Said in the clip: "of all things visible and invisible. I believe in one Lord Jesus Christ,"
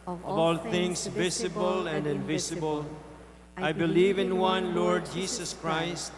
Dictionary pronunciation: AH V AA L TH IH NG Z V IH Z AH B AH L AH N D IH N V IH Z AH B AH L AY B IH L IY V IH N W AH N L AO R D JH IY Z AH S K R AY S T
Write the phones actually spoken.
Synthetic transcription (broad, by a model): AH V AA L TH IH NG S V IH S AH B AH L AH N D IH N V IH S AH B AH L AY B IH L IY V IH N W AH N L AO R D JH IY S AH S K R AY S T